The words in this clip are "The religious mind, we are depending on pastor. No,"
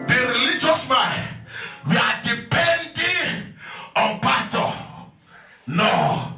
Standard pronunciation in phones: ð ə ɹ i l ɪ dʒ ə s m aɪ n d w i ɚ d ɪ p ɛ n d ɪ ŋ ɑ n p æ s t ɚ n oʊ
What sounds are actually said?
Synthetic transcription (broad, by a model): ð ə ɹ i l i dʒ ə s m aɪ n w i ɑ d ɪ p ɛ n d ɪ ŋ ɑ n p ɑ t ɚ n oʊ